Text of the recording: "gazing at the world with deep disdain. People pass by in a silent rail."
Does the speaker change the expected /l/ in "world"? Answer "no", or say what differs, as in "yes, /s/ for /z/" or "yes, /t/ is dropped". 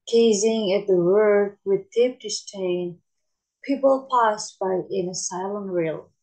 yes, /l/ is dropped